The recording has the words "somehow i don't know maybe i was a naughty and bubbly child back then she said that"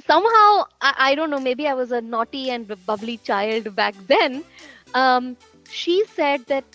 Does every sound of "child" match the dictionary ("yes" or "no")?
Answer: yes